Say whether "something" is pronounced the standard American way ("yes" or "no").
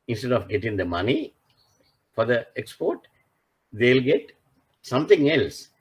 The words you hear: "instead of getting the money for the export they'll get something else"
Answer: no